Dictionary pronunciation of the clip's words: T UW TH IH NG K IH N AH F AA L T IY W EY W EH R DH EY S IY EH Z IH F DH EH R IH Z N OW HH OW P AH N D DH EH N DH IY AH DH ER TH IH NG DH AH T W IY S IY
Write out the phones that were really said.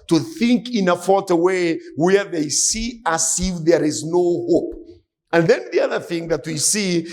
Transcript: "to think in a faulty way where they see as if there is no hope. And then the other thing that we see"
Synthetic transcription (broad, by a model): T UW TH IH NG K IH N AH F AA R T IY W EY W EH R DH EY S IY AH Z IH F DH EH R IH Z N OW HH OW P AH N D DH EH N DH IY AH DH ER TH IH NG DH AH T W IY S IY